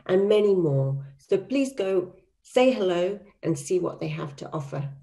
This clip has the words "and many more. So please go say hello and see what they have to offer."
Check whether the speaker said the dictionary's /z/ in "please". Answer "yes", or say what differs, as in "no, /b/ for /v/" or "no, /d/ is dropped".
yes